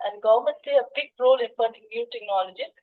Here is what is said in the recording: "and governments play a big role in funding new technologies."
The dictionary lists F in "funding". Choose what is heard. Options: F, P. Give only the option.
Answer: P